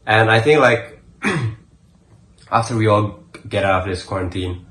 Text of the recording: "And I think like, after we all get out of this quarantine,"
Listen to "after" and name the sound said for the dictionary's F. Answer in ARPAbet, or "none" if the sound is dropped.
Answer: F